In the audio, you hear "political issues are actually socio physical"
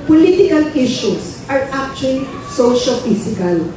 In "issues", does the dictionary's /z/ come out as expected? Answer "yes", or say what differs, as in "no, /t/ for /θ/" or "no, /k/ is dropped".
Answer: no, /s/ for /z/